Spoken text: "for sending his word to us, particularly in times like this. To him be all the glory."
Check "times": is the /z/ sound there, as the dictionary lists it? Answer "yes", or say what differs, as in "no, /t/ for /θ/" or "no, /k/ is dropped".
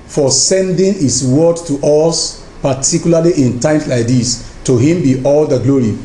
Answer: no, /s/ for /z/